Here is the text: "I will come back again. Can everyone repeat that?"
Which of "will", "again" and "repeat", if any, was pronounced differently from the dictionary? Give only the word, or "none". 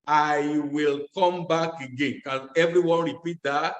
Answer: none